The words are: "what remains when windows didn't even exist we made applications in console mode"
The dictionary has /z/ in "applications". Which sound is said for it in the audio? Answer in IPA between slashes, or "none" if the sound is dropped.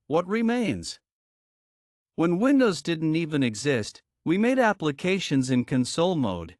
/z/